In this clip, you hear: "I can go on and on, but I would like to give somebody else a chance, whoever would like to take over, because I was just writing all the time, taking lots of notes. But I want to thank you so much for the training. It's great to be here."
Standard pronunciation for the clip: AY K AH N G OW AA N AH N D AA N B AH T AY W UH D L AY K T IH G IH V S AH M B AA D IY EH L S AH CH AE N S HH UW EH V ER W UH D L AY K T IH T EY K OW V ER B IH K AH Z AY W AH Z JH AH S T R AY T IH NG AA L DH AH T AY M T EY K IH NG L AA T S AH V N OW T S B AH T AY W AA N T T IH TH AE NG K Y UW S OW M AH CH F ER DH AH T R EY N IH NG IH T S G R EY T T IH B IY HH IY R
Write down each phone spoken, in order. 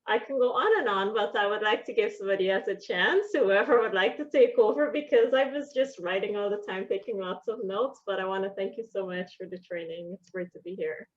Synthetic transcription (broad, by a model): AY K N G OW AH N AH N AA N B AH T AY W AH D L AY K T IH G IH V S AH M B AA D IY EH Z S AH CH AE N S HH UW EH V ER W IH D L AY K T IH T EY K OW V ER B IH K AH Z AY W AH Z JH AH S T R AY T IH NG AA L DH AH T AY M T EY K IH NG L AA T S AH V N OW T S B AH T AY W AA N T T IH TH AE NG K Y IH S OW M AH CH F ER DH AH T R EY N IH NG IH T S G R EY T T IH B IY HH IY R